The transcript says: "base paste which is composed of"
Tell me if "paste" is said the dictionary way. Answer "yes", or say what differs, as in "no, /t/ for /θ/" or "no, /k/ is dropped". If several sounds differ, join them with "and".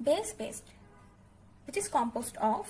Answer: no, /b/ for /p/